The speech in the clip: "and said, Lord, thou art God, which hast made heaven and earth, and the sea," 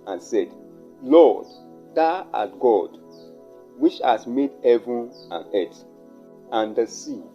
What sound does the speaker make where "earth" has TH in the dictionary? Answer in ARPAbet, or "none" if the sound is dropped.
T